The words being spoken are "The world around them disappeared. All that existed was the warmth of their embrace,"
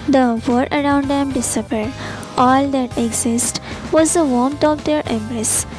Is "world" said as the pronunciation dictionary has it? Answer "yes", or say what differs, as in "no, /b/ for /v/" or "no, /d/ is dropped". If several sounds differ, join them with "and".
no, /l/ is dropped